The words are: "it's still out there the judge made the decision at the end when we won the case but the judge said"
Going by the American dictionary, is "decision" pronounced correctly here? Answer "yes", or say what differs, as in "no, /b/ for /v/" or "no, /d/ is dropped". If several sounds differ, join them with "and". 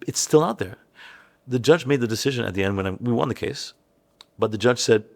yes